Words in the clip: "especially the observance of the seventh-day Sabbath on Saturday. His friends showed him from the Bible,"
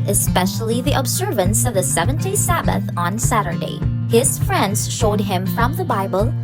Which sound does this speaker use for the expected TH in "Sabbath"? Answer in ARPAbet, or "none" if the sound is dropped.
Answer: TH